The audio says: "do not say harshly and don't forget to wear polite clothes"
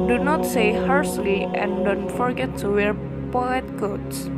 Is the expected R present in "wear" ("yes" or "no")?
yes